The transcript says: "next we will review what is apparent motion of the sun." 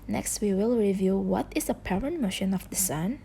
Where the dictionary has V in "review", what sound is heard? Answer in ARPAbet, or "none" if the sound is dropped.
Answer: V